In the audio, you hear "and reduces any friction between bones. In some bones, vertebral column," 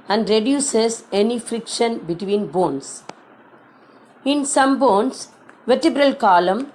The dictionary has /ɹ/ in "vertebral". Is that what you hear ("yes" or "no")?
yes